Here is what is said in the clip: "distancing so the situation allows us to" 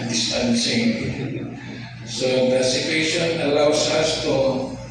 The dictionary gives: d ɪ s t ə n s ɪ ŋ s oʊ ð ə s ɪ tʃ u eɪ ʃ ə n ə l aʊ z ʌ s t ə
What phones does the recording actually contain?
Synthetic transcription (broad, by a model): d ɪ s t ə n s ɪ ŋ s oʊ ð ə s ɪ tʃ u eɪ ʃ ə n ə l aʊ s ʌ s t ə